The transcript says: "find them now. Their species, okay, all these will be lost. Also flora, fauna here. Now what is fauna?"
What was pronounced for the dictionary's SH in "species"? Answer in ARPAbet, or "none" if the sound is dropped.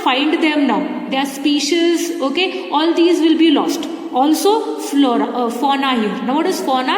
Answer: SH